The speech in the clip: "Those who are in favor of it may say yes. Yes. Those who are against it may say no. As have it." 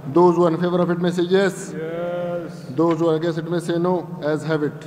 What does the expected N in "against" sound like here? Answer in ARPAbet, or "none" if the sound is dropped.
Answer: none